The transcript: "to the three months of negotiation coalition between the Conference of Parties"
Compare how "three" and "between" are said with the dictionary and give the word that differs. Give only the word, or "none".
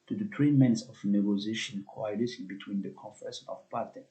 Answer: three